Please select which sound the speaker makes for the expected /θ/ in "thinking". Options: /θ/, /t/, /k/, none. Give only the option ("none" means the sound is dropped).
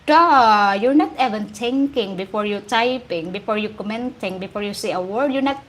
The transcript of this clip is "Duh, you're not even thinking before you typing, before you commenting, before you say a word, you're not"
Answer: /t/